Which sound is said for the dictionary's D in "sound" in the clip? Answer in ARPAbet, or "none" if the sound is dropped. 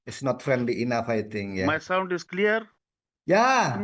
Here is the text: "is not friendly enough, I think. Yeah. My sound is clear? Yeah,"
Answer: D